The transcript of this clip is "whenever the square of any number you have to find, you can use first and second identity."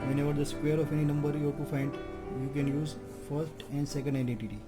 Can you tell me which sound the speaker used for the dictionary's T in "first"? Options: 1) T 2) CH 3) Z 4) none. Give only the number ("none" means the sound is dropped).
1